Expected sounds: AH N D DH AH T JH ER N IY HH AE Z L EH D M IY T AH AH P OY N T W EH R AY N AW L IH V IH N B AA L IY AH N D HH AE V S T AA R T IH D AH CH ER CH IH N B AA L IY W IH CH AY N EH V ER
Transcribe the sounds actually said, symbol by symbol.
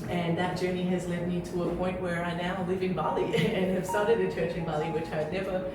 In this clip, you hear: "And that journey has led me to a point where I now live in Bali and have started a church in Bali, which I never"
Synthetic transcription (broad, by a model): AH N DH AH T JH ER N IY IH Z L EH D M IY T AH AH P OY N T W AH R AY N AW L IH V IH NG B AA L IY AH N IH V S T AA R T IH D AH CH ER CH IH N B AA L IY W IH CH AY N EH V ER